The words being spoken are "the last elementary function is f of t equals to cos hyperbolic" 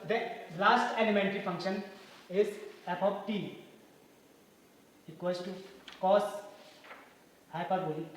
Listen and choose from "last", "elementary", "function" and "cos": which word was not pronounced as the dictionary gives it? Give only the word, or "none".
none